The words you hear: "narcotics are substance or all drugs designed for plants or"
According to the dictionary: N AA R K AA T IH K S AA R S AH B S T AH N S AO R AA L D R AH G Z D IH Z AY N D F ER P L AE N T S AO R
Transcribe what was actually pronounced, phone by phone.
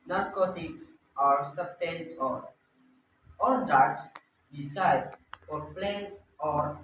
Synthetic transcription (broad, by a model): N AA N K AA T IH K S AA R S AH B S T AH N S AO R AA L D AA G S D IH S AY D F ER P L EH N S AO R